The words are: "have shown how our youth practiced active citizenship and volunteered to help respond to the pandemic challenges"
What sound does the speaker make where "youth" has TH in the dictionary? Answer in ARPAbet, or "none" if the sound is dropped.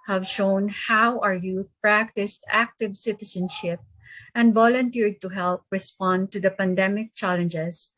T